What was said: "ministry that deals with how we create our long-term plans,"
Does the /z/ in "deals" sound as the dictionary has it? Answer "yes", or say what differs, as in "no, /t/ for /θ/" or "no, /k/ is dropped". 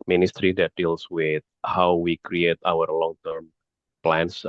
no, /s/ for /z/